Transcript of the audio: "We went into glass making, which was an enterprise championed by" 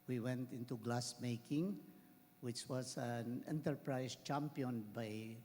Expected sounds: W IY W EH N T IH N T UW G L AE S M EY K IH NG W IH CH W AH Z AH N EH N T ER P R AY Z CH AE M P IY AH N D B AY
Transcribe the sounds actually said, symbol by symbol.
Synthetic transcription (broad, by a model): W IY W EH N T IH N T UW G L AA S M EY K IH NG W IH CH W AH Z AH N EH N T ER P R AY S CH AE M P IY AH N B AY